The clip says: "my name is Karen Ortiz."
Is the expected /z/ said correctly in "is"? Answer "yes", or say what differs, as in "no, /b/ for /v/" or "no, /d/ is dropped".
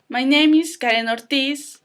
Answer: no, /s/ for /z/